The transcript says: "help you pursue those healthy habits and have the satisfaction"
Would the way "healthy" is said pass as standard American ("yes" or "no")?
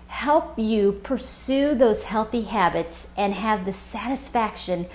yes